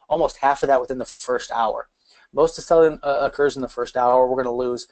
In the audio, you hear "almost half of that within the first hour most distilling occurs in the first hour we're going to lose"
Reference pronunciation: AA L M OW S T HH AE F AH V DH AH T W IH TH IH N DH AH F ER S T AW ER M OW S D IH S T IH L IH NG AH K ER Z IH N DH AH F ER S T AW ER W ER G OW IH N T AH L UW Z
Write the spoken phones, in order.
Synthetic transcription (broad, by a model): AA L M OW S T HH AE F AH V DH AH T W IH TH IH N DH AH F ER S T AW ER M OW S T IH S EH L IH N AH K ER Z N DH AH F ER S T AW ER W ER G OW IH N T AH L UW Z